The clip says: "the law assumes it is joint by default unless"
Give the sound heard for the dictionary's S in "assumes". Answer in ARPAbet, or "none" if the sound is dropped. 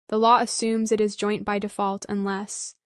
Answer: S